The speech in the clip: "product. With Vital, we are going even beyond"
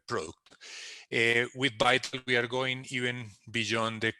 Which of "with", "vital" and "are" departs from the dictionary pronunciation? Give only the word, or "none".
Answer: vital